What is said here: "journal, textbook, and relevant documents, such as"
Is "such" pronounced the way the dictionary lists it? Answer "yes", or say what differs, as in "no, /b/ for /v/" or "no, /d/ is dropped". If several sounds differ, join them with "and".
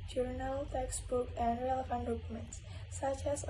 yes